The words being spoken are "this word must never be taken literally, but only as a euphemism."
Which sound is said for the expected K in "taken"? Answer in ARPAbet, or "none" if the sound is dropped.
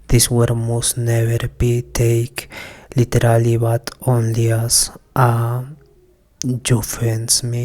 none